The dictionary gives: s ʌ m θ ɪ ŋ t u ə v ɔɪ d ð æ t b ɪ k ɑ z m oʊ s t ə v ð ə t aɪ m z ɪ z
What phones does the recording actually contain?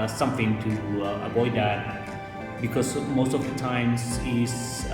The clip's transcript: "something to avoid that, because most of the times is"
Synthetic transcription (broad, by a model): s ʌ m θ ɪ ŋ t u ə v ɔɪ d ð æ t b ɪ k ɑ s m oʊ s t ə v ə t aɪ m s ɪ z